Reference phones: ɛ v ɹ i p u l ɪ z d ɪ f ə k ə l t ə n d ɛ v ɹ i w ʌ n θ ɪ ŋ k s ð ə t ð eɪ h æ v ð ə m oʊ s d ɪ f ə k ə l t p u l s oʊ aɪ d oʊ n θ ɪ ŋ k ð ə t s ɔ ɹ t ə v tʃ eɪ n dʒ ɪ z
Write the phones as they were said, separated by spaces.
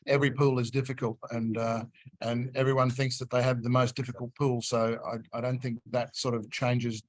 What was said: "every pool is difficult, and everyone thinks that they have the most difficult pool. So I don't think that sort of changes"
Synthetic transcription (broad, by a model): ɛ v ɹ i p u l ɪ z d ɪ f ə k ə l t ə n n ɛ v ɹ i w ʌ n θ ɪ ŋ k s ð ə t ð eɪ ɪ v ð ə m oʊ s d ɪ f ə k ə l t p u l s oʊ aɪ d oʊ n θ ɪ ŋ k ð ə t s ɔ ɹ t ə v tʃ eɪ n dʒ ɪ z